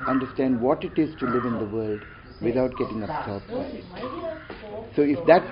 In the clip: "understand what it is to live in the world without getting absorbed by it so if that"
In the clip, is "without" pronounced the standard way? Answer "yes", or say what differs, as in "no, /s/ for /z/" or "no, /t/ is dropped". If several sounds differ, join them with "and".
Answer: no, /t/ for /θ/